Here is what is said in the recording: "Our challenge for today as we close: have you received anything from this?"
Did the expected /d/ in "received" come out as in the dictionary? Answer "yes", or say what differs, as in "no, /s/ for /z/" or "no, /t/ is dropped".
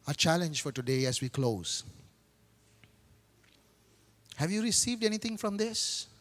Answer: yes